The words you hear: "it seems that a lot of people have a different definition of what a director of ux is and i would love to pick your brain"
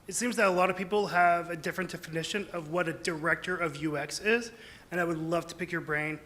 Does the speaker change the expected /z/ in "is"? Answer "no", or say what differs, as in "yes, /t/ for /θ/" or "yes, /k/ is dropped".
no